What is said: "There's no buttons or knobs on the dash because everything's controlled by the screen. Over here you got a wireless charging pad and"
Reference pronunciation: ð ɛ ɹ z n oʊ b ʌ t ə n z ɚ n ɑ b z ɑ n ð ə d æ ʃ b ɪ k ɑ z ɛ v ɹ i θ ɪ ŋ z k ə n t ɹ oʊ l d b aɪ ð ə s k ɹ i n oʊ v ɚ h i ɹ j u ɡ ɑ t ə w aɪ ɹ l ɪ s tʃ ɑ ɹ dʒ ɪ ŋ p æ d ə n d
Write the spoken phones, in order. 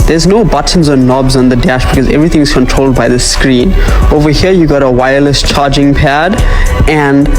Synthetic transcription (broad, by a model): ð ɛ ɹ z n oʊ b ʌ t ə n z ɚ n ɑ b z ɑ n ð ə d æ ʃ b ɪ k ɑ z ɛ v ɹ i t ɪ ŋ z k ə n t ɹ oʊ l d b aɪ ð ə s k ɹ i n oʊ v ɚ h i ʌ j u ɡ ɑ t ə w aɪ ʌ l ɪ s tʃ ɑ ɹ dʒ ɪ ŋ p æ d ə n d